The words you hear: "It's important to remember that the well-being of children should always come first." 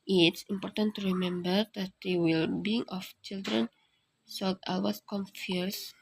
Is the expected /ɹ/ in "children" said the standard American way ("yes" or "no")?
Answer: yes